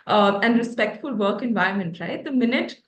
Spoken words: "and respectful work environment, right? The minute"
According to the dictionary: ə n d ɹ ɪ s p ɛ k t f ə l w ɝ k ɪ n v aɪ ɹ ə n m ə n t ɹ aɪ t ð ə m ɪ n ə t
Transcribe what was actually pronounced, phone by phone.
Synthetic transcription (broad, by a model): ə n d ɹ ɪ s p ɛ k t f ə l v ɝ k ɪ n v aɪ ə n m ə n t ɹ aɪ t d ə m ɪ n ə t